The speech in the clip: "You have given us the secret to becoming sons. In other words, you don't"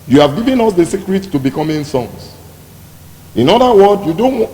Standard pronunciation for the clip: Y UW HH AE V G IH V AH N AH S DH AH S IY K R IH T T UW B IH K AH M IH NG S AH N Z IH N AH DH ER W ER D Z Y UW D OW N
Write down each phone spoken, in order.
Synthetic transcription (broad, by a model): Y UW HH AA V G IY V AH N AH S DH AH S IY K R IH T T UW B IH K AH M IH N S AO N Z IH N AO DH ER W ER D Y UW D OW N